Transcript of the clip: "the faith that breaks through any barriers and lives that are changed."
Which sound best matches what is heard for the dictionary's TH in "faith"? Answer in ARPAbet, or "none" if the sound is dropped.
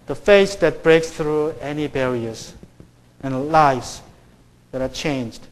S